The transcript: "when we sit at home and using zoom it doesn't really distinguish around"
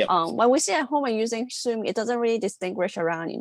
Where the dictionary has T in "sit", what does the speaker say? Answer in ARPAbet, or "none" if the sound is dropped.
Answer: none